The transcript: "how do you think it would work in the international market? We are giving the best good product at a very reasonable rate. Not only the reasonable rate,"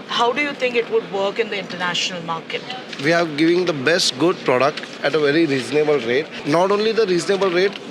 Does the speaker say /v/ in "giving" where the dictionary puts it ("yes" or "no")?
yes